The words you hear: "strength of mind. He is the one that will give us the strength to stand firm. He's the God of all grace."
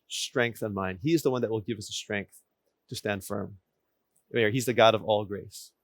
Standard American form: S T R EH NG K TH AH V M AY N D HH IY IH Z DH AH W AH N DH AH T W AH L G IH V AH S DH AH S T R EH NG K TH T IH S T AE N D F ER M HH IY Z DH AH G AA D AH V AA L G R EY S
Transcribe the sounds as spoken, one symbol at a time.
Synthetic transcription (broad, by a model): S T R EH NG K TH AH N M AY N D HH IY IH Z DH AH W AH N DH AH T W AH L G IH V AH S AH S T R EH NG K TH T IH S T AE N D F ER M HH IY Z DH AH G AA D AH V AA L G R EY S